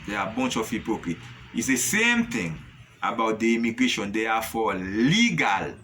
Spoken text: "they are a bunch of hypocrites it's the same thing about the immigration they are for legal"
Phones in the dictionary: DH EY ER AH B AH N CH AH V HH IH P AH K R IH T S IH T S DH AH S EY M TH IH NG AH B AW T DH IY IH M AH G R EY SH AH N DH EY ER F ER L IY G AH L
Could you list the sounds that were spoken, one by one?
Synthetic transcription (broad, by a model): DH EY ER AH B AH N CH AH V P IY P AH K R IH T IH T S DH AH S EY M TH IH NG AH B AW T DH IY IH M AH G R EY SH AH N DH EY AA F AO L IY G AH L